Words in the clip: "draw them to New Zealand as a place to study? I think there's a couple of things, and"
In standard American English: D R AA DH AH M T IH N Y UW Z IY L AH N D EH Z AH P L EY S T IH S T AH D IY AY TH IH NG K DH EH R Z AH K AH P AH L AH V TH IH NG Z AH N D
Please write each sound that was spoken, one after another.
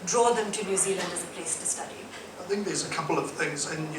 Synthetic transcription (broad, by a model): D R AA DH AH M T IH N Y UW Z IY L AH N D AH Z AH P L EY S T IH S T AH D IY AY TH IH NG K DH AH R Z AH K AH P L AH V TH IH NG Z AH N